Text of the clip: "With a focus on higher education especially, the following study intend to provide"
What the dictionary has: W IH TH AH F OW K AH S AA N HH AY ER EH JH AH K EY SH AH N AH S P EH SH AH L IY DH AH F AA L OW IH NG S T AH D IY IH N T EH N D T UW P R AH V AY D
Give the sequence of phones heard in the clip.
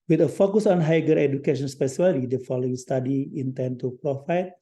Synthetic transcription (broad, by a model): W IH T AH F OW K AH S AA N HH AY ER EH JH AH K EY SH AH N S P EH S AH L IY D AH F AA L OW IH NG S T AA D IY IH N T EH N T UW P R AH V AY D